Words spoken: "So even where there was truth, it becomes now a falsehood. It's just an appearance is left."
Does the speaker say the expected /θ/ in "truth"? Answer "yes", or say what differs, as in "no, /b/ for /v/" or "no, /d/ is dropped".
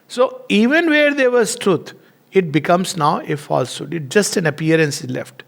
no, /t/ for /θ/